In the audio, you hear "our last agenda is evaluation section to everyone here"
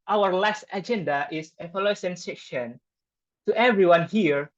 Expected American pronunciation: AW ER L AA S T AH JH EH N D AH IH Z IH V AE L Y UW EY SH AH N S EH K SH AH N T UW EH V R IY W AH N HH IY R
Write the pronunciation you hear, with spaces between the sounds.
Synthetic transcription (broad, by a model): AW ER L AA S T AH JH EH N D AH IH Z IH F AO L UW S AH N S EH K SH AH N T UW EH V R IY W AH N HH IY R